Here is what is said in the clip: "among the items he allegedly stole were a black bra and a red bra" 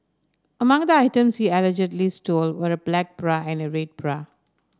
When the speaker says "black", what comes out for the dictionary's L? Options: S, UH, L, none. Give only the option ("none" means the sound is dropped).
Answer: L